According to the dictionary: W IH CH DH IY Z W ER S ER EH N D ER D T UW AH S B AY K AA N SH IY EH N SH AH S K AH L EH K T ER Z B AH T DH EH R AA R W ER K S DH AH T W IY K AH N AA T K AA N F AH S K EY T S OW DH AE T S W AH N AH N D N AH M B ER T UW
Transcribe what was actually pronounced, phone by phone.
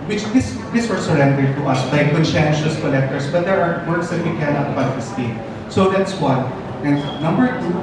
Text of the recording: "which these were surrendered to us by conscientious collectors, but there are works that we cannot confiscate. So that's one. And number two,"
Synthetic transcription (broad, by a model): W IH CH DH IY S W ER S ER EH N D ER D T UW AH S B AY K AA N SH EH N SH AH S K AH L EH K T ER S B AH T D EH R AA R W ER S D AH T W IY K AH N AA T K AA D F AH S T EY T S OW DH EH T S W AH N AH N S N AH M B ER T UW